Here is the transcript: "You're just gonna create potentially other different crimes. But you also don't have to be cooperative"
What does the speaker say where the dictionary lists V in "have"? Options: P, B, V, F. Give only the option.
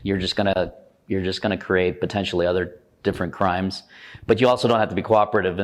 F